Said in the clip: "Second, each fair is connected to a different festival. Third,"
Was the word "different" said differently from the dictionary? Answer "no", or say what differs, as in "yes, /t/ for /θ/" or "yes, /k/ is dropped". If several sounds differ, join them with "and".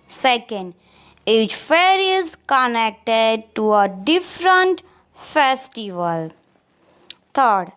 no